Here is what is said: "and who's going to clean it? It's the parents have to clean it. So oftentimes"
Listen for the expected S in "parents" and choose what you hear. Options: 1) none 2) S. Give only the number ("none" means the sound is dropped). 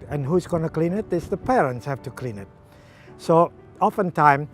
2